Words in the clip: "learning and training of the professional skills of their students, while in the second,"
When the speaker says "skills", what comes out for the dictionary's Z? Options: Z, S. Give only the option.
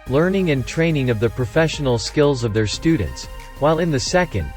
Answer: Z